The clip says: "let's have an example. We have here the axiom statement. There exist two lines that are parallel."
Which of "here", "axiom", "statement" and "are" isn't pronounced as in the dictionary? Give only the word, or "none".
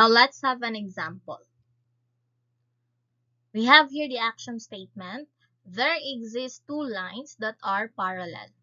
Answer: axiom